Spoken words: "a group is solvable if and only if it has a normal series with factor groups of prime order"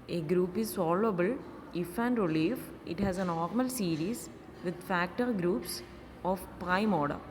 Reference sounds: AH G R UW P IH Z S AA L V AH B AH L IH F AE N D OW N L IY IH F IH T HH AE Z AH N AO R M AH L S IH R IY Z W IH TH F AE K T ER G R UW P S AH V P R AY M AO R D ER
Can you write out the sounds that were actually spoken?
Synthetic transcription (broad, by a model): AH G R UW P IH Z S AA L AH B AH L IH F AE N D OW L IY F IH T HH AE Z AH N AO R M AH L S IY R IY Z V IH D F AE K T ER G R UW P S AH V P R AY M AO R D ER